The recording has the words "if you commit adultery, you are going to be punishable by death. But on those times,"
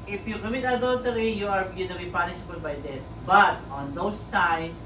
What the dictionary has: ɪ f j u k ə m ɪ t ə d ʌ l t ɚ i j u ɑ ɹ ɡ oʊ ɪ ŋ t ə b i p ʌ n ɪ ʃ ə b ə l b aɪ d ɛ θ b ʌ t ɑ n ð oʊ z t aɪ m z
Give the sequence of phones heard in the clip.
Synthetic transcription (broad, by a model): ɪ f j u k ə m ɪ t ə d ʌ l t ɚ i j u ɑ ɹ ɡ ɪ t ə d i p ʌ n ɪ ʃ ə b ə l b aɪ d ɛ t b ʌ t ɑ n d oʊ s t aɪ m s